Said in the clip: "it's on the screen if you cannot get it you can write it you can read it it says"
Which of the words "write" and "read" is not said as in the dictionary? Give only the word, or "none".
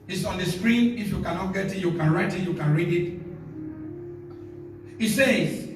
none